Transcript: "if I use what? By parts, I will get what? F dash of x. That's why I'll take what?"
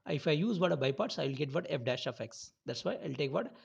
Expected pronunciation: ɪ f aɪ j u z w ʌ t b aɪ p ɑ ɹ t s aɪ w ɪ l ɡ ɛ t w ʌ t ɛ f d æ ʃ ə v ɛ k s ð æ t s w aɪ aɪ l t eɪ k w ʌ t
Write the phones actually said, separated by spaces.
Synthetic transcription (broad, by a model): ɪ f aɪ j u z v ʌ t b aɪ p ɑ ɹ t s aɪ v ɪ l ɡ ɛ t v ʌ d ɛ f d æ ʃ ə f ɛ k s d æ t s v aɪ aɪ l t eɪ k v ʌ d